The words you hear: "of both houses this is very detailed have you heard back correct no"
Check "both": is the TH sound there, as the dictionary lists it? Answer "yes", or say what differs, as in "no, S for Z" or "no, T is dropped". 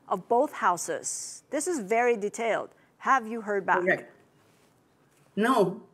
yes